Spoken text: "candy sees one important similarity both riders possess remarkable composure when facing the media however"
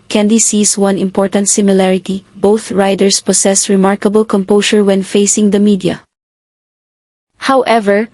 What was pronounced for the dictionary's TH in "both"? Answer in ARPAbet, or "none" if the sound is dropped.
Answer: TH